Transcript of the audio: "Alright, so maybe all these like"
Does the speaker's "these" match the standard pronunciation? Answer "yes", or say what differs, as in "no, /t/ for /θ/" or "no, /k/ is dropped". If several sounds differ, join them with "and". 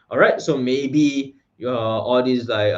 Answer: no, /s/ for /z/